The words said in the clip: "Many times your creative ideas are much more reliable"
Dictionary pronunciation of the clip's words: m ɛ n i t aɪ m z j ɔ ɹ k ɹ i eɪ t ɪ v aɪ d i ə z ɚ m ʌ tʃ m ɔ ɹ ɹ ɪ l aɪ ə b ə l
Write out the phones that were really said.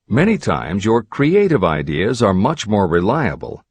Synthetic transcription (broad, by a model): m ɛ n i t aɪ m z j ɔ ɹ k ɹ i eɪ t ɪ v aɪ d i ə z ɚ m ʌ tʃ m ɔ ɹ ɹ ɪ l aɪ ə b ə l